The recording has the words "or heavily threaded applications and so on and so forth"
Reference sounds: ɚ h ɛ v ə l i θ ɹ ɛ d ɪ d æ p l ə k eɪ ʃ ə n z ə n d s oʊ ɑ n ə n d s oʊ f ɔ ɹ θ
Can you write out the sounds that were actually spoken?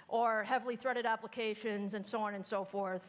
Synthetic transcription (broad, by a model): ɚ h ɛ v l i θ ɹ ɛ d ɪ d æ p l ə k eɪ ʃ ə n z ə n s oʊ ɑ n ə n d s oʊ f ɔ ɹ θ